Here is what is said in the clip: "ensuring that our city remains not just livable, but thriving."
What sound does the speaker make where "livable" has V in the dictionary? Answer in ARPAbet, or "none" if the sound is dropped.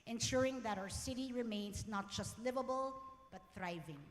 V